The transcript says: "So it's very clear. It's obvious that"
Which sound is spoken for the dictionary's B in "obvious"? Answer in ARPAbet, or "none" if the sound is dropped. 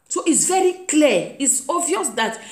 none